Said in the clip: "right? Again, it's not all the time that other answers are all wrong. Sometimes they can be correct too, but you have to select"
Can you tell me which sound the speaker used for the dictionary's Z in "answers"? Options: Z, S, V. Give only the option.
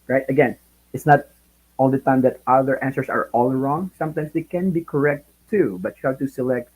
S